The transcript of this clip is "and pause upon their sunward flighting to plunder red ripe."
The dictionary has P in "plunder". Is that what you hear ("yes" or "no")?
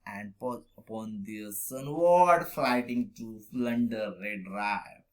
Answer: no